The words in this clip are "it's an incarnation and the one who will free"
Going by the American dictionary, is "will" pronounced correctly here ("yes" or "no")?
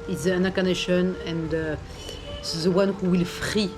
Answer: yes